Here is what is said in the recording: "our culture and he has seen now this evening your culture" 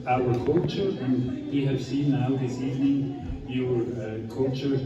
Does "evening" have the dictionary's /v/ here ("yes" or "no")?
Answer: yes